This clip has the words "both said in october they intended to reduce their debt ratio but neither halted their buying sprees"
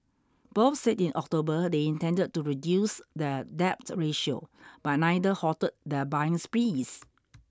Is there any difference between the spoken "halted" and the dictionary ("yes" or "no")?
yes